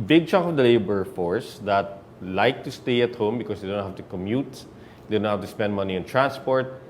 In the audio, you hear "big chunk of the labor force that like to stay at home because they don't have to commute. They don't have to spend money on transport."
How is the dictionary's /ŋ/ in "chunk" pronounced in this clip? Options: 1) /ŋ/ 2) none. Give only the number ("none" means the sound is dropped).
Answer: 2